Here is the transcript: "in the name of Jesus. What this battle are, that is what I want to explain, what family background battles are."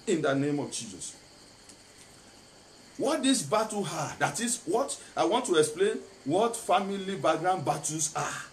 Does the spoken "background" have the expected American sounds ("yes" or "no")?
no